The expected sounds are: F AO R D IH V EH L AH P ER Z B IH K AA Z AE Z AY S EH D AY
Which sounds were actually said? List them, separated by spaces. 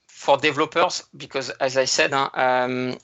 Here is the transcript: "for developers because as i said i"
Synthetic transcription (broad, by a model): F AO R D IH V L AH P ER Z B IH K AA Z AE Z AY S EH D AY